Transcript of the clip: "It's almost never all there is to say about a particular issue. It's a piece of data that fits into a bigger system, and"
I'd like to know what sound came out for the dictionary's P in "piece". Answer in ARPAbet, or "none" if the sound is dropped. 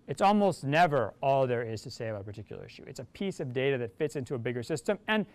P